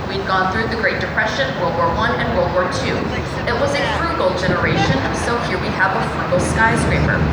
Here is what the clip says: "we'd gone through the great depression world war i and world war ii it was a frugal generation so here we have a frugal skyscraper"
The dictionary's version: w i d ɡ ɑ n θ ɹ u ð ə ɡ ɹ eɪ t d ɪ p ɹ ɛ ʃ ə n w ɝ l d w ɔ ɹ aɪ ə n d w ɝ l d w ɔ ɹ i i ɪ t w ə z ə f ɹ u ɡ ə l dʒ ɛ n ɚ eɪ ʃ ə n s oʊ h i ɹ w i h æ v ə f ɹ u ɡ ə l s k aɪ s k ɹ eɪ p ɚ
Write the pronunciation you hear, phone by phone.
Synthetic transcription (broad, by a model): w i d ɡ ɑ n θ ɹ u ð ə ɡ ɹ eɪ t d ɪ p ɹ ɛ ʃ ə n w ɝ l d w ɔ ɹ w ə n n w ɝ l d w ɔ ɹ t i ɪ t w ə z ə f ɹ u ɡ l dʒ ɛ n ɚ eɪ ʃ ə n s oʊ h i ɹ w i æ v ə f ɹ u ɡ l s k aɪ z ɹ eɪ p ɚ